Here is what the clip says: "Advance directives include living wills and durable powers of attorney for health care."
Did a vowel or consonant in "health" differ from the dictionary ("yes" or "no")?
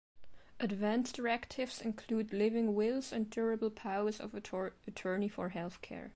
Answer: no